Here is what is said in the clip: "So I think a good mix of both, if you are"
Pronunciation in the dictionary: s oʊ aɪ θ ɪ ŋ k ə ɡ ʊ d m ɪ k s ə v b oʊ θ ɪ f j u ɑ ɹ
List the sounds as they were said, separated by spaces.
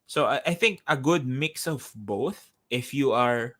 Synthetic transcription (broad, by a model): s oʊ aɪ θ ɪ ŋ k ə ɡ ʊ d m ɪ k s ə v b oʊ θ ɪ f j u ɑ ɹ